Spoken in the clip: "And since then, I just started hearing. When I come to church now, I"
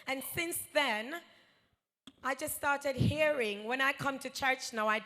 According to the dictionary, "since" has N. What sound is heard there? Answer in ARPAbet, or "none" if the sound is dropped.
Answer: N